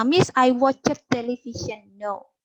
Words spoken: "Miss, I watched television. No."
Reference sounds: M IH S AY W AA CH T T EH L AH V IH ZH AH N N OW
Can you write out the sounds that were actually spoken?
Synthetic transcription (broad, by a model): M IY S AY W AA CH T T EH L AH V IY SH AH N N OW